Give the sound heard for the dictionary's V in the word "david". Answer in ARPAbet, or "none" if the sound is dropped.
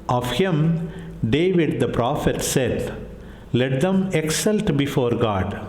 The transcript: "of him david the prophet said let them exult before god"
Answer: V